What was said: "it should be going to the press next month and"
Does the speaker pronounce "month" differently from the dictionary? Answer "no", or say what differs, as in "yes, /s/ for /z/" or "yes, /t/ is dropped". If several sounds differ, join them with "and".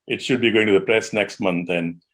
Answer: yes, /t/ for /θ/